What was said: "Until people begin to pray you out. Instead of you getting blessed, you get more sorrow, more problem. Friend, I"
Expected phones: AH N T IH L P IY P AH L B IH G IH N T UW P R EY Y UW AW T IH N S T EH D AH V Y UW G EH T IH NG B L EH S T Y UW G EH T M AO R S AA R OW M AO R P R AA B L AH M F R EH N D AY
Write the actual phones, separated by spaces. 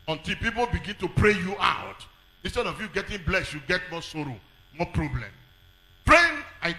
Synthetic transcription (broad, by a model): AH N T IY L P IY P AH L B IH G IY N T UW P R EY Y UW AW T IH N S T EH D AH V Y UW G EH T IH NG B L EH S Y UW G EH T M AO S AA R OW M AO P R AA B L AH M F R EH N AY